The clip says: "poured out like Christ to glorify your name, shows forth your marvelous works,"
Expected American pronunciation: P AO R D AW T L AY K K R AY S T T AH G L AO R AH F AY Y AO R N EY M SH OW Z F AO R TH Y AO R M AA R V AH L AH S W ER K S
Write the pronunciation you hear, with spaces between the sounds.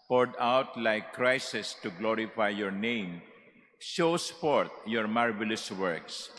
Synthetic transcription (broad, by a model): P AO R D AW T L AY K K R AY S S T AH G L AO R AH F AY Y AO R N EY M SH OW S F AO R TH Y AO R M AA R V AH L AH S W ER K S